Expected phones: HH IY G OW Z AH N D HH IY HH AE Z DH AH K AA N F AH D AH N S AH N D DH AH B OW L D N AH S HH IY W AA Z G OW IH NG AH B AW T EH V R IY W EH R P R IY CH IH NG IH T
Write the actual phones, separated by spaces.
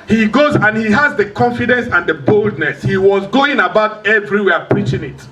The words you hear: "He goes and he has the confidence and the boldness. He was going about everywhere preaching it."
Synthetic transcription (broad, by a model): HH IY G OW Z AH N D HH IY HH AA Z DH AH K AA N F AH D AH N S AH N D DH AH B OW L D N AH S HH IY W AA Z G OW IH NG AH B AW T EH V R IY W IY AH P R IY CH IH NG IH T